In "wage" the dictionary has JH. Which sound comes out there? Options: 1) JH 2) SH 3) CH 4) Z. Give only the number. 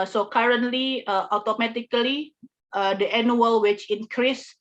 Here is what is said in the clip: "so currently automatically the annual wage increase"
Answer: 3